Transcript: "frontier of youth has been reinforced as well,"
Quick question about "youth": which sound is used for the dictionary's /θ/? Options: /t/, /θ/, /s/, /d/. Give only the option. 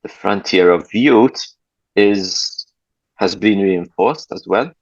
/t/